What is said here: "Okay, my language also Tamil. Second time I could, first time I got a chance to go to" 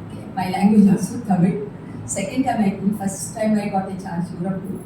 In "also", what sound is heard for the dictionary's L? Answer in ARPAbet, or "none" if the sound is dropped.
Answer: none